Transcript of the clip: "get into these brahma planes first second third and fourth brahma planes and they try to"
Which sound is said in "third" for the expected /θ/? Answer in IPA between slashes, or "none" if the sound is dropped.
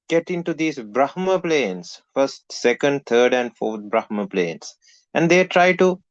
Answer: /t/